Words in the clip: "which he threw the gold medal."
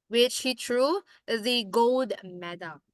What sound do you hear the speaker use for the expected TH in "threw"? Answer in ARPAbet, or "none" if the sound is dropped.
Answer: T